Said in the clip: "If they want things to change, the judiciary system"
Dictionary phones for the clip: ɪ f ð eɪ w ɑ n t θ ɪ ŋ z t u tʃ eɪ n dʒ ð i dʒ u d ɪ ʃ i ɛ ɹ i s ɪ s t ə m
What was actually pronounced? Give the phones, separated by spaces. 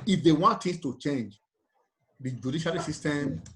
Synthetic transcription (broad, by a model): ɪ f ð eɪ w ɑ n t t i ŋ s t u tʃ eɪ n dʒ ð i dʒ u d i ʃ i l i s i s t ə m